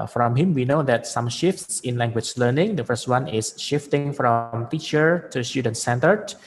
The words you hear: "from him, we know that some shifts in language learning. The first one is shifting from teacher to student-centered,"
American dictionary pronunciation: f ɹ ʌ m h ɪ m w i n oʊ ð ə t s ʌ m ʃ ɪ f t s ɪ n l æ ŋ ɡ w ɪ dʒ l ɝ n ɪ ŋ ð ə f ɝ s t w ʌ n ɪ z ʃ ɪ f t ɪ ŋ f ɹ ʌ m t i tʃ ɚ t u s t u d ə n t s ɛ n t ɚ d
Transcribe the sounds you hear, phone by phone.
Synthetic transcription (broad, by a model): f ɹ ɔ m h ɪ m w i n oʊ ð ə t s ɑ m ʃ ɪ f t s ɪ n l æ ŋ ɡ w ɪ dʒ l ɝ n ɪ ŋ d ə f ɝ s t w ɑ n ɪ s ʃ ɪ f t ɪ ŋ f ɹ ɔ m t i tʃ ɚ t u s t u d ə n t s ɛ n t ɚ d